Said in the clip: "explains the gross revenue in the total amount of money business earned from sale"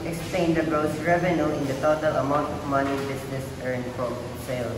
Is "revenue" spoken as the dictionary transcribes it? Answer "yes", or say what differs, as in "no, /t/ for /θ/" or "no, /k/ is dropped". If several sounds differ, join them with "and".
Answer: yes